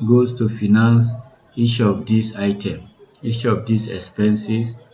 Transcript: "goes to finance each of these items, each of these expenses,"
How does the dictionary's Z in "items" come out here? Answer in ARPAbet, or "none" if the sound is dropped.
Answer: none